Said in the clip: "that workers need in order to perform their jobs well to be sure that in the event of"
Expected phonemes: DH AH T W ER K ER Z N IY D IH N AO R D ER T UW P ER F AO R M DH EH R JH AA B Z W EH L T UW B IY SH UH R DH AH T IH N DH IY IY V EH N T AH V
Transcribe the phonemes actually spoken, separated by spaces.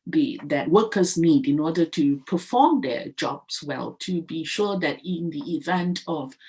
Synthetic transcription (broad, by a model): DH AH T W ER K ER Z N IY D IH N AO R D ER T UW P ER F AO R M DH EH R JH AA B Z W EH L T UW B IY SH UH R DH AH T IH N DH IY IY V EH N T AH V